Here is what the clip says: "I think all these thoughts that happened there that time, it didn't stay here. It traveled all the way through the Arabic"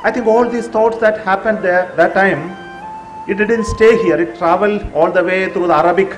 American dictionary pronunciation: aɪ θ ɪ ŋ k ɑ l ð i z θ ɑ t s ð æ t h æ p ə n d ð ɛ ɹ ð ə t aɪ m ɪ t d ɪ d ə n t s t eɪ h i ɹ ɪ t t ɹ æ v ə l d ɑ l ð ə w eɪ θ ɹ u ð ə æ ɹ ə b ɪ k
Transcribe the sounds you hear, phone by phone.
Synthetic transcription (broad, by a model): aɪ t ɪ ŋ k ɑ l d i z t ɑ t s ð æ t h æ p ə n d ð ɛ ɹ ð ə t aɪ m ɪ t d ɪ d ə n t s t eɪ h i ɹ ɪ t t ɹ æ v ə l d ɑ l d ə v eɪ t ɹ u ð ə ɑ ɹ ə b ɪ k